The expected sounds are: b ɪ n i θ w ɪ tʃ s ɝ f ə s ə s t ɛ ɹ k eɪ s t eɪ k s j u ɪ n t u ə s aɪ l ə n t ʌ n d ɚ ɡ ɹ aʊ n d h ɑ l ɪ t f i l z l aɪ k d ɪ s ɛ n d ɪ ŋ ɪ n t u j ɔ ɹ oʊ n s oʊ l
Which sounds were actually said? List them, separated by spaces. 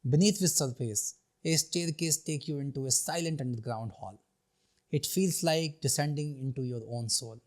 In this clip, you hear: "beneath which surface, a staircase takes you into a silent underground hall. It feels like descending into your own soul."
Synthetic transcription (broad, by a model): b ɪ n i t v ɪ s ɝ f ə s ə s t ɛ ɹ k eɪ s t eɪ k j u ɪ n t u ə s aɪ l ə n t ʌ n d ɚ ɡ ɹ aʊ n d h ɑ l ɪ t f i l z l aɪ k d ɪ s ɛ n d ɪ ŋ ɪ n t u j ɔ ɹ oʊ n s oʊ l